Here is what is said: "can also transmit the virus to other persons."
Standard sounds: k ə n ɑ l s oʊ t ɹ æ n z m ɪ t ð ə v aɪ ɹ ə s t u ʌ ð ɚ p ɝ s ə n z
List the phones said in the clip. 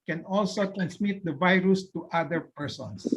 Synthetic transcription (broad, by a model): k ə n ɑ l s oʊ t ɹ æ n s m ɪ t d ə v aɪ ɹ ə s t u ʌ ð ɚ p ɝ s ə n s